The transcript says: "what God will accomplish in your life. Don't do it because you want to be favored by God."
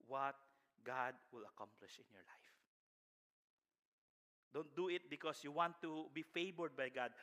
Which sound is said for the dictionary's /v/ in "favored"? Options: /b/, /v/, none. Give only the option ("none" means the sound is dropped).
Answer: /b/